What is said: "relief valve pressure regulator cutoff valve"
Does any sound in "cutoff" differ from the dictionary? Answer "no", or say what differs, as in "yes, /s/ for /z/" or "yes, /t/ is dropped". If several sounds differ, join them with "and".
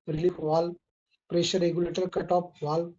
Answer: yes, /p/ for /f/